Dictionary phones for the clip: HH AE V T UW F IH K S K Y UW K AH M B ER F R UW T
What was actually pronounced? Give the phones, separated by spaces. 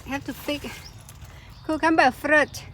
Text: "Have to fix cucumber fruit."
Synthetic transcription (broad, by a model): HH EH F T UW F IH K K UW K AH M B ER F R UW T